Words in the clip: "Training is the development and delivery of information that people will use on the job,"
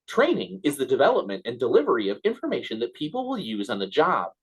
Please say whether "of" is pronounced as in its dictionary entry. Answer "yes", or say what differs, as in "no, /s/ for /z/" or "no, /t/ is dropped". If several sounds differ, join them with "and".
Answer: yes